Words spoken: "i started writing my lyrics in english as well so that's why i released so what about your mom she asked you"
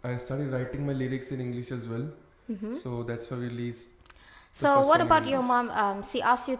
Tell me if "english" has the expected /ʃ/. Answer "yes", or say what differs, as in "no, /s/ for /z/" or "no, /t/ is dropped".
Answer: yes